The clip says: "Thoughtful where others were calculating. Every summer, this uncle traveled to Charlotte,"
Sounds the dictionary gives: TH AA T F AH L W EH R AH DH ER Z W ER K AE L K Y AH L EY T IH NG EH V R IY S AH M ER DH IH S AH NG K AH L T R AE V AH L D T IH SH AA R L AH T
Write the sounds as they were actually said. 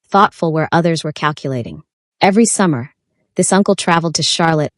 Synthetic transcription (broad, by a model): TH AA T F L W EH R AH DH ER Z W ER K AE L K Y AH L EY T IH NG EH V R IY S AH M ER DH IH S AH NG K L T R AE V L D T IH SH AA R L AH T